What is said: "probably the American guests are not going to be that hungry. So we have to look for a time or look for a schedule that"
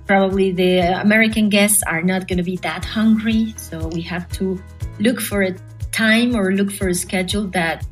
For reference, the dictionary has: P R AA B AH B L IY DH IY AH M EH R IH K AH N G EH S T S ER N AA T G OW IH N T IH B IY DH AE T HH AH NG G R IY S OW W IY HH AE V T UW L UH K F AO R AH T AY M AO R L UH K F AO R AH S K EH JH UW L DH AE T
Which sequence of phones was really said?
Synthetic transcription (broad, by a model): P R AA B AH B L IY DH IY AH M EH R IH K AH N G EH S T S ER N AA T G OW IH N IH B IY DH AE T HH AH NG G R IY S OW W IY HH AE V T UW L UH K F AO R AH T AY M AO R L UH K F AO R AH S K EH JH UW L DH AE T